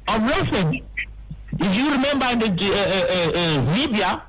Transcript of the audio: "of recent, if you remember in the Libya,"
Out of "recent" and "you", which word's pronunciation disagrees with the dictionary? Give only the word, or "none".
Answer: recent